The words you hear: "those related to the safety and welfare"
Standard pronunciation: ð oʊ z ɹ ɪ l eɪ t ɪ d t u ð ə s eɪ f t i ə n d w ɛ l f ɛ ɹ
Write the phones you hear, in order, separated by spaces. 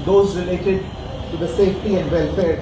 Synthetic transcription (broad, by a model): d oʊ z ɹ ɪ l eɪ t ɪ d t u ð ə s eɪ f t i ə n d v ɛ l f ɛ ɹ